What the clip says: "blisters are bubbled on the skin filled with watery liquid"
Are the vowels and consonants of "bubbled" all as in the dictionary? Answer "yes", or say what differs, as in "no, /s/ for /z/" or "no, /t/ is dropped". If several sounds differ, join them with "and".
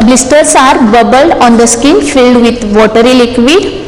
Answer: yes